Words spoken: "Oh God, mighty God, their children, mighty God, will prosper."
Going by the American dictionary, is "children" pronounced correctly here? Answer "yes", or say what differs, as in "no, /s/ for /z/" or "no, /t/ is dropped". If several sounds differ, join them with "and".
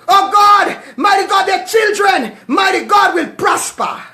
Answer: yes